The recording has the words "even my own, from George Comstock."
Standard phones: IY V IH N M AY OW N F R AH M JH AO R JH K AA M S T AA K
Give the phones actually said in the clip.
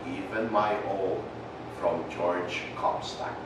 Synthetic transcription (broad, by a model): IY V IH N M AY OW L F R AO M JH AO R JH K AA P S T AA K